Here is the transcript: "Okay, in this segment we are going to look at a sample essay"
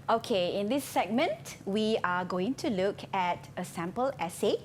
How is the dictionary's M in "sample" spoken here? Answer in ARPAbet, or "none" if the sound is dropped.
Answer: M